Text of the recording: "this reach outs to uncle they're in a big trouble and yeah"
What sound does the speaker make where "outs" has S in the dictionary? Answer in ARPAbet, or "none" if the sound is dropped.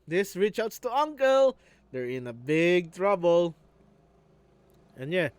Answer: none